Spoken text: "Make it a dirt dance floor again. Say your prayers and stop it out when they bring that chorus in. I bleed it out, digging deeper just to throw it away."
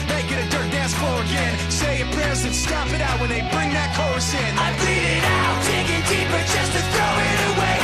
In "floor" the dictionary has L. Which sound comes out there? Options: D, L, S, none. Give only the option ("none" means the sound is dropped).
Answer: none